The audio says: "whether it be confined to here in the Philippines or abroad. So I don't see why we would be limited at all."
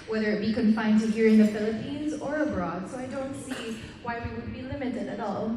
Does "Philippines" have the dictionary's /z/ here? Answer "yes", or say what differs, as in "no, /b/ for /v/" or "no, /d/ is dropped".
yes